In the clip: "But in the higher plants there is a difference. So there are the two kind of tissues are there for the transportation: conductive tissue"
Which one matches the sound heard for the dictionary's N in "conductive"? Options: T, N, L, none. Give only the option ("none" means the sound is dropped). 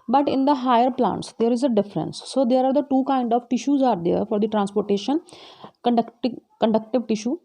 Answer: N